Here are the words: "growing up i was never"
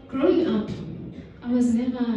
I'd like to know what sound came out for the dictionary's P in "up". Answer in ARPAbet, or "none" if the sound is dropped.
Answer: P